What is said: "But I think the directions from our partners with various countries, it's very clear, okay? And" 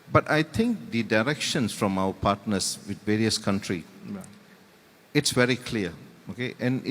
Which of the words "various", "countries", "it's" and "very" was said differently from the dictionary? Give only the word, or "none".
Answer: countries